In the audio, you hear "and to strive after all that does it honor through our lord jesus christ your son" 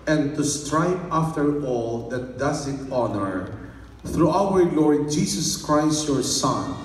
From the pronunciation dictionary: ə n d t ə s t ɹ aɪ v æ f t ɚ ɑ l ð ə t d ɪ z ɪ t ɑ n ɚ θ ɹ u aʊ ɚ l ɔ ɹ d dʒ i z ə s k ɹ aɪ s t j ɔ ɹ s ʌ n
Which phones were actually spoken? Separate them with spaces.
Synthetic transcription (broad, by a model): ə n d t ə s t ɹ aɪ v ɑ f t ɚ ɑ l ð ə t d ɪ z ɪ t ɑ n ɚ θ ɹ u aʊ ɚ l ɔ ɹ d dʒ i s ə s k ɹ aɪ s t j ɔ ɹ s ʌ n